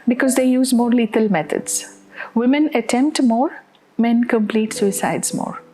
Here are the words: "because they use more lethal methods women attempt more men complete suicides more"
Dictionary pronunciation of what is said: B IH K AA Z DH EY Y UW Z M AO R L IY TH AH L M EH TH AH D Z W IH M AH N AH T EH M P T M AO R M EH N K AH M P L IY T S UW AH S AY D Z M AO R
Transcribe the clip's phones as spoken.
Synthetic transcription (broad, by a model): B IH K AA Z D EY Y UW Z M AO R L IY T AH L M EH T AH D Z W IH M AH N AH T EH M P T M AO R M EH N K AH M P L IY T S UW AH S AY D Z M AO R